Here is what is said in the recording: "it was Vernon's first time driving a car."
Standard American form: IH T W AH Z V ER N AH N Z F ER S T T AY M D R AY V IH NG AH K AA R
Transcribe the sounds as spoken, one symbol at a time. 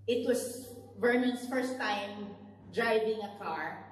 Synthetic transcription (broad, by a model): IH T W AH S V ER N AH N S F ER S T T AY M D R AY V IH NG AH K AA R